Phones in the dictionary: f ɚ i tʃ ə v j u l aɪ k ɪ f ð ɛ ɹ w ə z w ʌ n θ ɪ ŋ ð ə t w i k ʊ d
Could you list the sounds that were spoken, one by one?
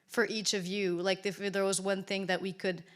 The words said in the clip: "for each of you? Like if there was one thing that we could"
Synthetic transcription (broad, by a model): f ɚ i tʃ ə v j u l aɪ k ɪ f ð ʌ ɹ w ə z w ʌ n θ ɪ ŋ ð ə t w i k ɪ d